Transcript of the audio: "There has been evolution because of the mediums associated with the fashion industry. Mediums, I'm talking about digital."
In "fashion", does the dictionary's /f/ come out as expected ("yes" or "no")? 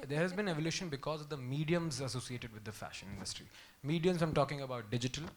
yes